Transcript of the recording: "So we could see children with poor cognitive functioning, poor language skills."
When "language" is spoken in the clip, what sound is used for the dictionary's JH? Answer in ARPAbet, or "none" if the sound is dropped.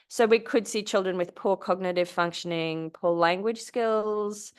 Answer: ZH